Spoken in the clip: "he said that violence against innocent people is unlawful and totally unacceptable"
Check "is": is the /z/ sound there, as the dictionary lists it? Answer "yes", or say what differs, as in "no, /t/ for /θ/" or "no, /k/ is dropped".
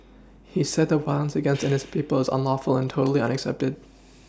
yes